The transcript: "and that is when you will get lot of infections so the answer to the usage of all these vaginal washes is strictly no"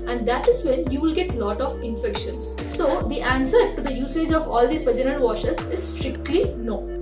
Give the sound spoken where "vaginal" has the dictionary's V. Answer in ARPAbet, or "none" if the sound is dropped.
P